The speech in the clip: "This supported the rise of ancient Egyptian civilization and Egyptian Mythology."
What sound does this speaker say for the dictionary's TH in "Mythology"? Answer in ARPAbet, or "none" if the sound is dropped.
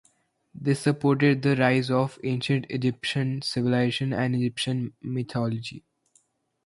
T